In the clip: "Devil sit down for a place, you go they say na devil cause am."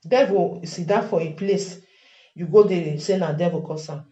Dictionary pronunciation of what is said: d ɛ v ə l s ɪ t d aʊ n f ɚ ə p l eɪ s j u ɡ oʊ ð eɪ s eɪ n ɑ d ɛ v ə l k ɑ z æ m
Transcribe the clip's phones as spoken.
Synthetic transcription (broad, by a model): d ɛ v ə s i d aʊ f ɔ ə p l eɪ s j u ɡ oʊ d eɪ s eɪ n ɑ d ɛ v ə k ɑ s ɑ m